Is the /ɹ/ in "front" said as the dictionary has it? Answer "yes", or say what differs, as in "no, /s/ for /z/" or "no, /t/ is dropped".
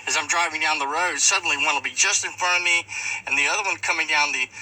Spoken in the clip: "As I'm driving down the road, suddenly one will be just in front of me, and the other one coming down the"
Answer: no, /ɹ/ is dropped